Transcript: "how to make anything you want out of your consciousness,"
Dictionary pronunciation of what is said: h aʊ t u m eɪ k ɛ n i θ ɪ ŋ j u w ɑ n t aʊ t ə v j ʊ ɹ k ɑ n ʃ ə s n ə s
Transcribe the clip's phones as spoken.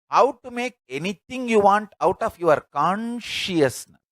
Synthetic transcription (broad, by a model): h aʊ t u m eɪ k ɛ n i t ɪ ŋ j u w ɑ n t aʊ t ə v j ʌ ɹ k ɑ n ʃ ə s n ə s